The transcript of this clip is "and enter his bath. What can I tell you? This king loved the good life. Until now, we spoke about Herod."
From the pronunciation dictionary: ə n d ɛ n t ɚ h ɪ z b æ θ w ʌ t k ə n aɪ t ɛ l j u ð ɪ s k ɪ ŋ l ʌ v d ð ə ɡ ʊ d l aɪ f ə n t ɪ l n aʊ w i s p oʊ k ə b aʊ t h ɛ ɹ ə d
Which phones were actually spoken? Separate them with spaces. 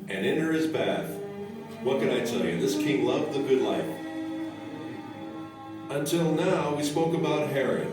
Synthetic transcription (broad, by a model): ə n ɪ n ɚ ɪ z b æ θ w ʌ t k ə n aɪ t ɛ l j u ð ɪ s k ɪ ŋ l ʌ v ð ə ɡ ʊ d l aɪ f ə n t ɪ l n aʊ w i s p oʊ k ə b aʊ t h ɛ ɹ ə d